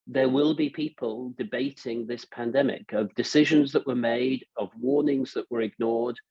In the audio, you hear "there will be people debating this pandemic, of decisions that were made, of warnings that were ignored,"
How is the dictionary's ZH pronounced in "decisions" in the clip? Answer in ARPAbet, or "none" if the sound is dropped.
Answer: ZH